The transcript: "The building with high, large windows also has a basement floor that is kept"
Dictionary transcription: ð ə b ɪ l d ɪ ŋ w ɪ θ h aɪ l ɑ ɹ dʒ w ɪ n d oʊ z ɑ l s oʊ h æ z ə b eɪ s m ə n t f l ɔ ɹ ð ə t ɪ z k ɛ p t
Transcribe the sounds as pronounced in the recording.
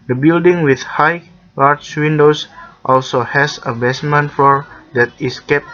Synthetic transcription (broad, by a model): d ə b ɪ l d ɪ ŋ w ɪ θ h aɪ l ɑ ɹ tʃ w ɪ n d oʊ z ɑ l s oʊ h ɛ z ə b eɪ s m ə n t f ɔ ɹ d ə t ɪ s k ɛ p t